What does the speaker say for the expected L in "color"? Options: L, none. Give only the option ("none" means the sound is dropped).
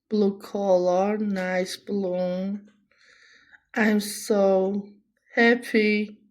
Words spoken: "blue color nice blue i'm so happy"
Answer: L